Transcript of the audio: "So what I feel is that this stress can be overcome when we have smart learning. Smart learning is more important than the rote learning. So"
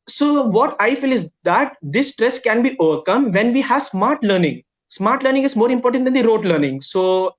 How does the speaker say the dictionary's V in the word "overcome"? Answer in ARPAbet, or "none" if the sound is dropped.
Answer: V